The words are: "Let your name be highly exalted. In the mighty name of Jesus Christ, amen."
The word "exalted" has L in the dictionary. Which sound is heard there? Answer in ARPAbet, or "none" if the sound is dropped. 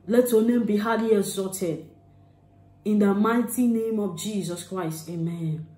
none